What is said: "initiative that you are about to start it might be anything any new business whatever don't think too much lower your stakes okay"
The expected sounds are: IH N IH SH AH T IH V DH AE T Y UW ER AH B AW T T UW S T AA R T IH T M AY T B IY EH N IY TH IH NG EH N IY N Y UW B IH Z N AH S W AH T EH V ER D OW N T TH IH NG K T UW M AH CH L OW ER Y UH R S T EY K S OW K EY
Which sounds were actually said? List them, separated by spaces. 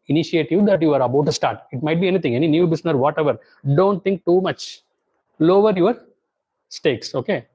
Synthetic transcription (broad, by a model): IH N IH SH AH T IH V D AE T Y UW ER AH B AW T T UW S T AA R T IH T M AY T B IY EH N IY T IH NG EH N IY N Y UW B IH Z N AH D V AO T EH V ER D OW N T T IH NG K T UW M AH CH L OW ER Y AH R S T EY K S OW K EY